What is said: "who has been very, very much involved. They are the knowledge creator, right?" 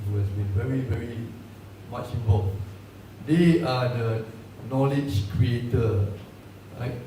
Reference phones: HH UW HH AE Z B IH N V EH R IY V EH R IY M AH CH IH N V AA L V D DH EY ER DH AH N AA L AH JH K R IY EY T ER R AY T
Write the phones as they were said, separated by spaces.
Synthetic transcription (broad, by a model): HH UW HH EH S B IH N V EH R IY V EH R IY M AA CH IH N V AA V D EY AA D AH N AA L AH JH K R IY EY T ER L AY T